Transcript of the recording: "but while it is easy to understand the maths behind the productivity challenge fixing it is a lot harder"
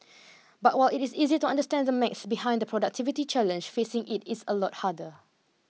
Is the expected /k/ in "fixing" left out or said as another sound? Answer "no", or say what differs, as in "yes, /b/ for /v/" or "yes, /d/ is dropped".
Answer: yes, /k/ is dropped